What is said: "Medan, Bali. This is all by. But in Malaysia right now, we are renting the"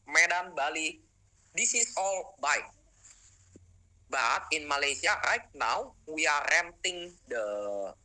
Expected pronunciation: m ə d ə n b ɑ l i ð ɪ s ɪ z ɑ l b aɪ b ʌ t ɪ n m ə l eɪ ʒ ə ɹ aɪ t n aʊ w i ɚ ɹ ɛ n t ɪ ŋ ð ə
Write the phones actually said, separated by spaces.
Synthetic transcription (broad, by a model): m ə d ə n b ɑ l i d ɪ s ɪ s ɑ l b aɪ b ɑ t ɪ n m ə l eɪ s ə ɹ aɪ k n aʊ w i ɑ ɹ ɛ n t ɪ ŋ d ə